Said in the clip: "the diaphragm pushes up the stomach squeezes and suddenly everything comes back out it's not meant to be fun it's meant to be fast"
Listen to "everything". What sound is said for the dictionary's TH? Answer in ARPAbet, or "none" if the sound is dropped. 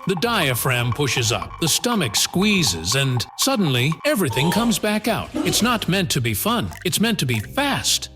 TH